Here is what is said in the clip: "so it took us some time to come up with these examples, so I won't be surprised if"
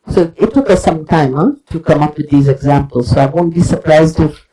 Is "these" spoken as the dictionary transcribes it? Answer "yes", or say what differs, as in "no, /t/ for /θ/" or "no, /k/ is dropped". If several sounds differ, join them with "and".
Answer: yes